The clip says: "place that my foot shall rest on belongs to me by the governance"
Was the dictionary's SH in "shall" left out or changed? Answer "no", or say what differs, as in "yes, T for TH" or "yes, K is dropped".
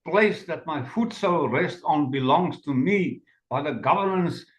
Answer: yes, S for SH